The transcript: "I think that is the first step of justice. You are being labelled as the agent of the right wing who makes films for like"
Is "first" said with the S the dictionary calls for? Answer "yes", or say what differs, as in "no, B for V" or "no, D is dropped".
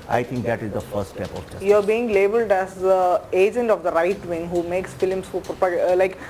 no, S is dropped